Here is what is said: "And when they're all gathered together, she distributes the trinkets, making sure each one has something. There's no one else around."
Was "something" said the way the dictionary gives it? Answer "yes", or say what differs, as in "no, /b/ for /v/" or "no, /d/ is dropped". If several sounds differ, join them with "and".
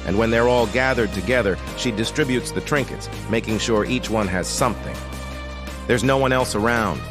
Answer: yes